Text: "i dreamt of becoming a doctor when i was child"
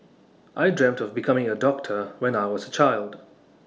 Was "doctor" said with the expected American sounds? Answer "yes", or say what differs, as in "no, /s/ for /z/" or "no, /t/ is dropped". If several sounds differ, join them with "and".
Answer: yes